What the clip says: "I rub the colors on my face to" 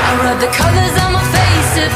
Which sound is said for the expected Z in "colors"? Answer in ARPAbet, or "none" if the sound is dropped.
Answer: Z